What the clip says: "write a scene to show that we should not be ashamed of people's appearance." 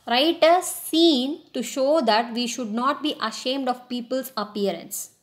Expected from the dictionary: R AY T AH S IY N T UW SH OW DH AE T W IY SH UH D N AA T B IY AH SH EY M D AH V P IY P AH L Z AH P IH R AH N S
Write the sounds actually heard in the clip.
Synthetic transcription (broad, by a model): R AY T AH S IY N T UW SH OW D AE T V IY SH UH D N AA T B IY AH SH EY M D AH V P IY P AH L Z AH P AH R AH N S